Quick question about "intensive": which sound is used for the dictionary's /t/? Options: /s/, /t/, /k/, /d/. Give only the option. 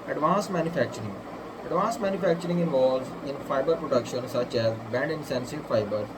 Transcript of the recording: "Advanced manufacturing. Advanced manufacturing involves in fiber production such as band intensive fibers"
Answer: /s/